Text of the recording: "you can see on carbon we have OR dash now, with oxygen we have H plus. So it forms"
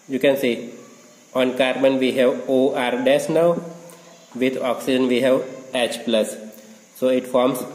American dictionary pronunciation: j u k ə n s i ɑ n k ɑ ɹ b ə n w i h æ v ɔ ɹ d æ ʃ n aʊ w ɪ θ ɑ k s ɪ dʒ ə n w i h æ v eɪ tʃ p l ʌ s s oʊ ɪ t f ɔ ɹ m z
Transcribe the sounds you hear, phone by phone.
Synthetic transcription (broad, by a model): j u k ə n s i ɑ n k ɑ ɹ b ə n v i h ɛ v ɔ ɹ d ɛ s n aʊ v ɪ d ɑ k s ɪ dʒ ə n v i h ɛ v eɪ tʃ p l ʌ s s oʊ ɪ t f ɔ ɹ m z